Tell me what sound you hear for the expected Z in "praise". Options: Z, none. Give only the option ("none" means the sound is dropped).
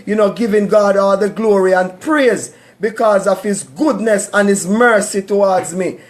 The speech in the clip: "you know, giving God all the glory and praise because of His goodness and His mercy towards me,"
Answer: Z